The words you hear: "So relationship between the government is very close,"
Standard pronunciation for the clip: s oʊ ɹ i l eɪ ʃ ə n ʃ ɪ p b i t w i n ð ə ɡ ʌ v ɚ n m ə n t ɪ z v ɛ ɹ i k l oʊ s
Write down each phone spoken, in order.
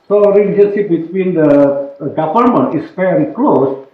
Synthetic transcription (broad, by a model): s oʊ ɹ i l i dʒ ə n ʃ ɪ p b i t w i n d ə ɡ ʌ p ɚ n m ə n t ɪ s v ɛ ɹ i k l oʊ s